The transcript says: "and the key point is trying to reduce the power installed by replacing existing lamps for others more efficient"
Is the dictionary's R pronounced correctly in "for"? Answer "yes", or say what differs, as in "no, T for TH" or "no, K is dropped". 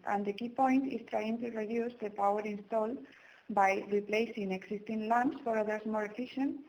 yes